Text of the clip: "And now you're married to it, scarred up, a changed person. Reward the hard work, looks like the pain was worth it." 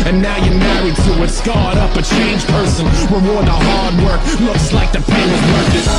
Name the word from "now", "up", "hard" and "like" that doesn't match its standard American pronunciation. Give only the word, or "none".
none